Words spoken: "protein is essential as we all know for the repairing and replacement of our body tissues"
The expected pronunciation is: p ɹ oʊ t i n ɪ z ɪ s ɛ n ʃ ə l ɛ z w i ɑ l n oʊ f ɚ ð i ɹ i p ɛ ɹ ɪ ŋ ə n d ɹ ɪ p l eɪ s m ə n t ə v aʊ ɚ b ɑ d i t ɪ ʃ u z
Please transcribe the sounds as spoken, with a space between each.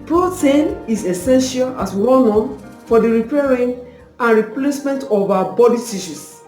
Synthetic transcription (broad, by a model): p ɹ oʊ t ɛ n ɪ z ɪ s ɛ n ʃ ə l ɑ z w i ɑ n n f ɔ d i ɹ i p ɛ ɹ ɪ ŋ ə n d ɹ ɪ p l eɪ s m ə n t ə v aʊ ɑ b ɑ d i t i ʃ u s